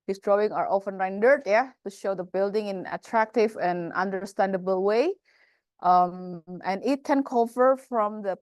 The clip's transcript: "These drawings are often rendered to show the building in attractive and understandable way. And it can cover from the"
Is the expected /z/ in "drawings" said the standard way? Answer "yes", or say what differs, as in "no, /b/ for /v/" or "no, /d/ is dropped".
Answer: no, /z/ is dropped